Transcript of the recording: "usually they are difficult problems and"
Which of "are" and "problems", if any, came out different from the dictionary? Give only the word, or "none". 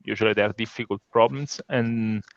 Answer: problems